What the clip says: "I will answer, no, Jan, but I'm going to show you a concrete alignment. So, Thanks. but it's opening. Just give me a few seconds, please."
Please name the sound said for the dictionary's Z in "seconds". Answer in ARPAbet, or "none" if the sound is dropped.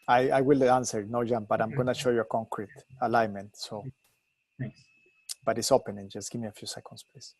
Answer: S